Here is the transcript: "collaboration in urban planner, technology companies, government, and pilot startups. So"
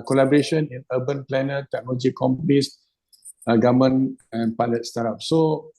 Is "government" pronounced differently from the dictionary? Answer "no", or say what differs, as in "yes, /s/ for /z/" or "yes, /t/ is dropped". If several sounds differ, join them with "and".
yes, /t/ is dropped